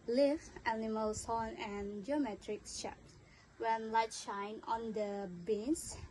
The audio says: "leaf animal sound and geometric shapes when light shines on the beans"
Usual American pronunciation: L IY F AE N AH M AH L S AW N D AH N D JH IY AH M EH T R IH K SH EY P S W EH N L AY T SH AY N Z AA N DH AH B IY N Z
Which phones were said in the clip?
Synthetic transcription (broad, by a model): L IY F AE N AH M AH L S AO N AH N JH IY AH M EH T R IH K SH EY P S W EH N L AY T SH AY N AA N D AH B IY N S